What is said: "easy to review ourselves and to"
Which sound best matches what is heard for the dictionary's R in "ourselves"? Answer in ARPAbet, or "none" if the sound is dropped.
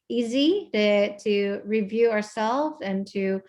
R